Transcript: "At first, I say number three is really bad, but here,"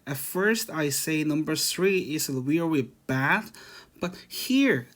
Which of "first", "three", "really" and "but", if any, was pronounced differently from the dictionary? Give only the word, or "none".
really